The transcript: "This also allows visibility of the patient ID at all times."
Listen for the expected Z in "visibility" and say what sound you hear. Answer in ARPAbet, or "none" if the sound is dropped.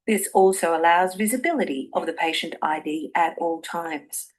Z